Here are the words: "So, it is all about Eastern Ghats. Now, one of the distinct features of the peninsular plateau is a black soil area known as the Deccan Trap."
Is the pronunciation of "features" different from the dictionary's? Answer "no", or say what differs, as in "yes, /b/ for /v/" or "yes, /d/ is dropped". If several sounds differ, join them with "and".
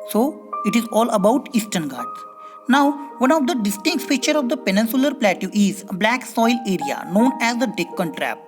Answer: yes, /z/ is dropped